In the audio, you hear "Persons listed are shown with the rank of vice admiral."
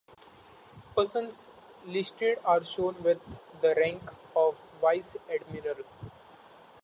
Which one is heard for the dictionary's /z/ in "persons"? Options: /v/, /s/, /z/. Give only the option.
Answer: /s/